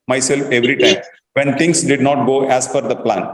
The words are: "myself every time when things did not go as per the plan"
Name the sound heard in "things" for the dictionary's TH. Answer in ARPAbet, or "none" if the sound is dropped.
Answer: T